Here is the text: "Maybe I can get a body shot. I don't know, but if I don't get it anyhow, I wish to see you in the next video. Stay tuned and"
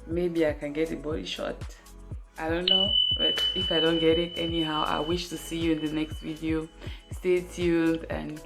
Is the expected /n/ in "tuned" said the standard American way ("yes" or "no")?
no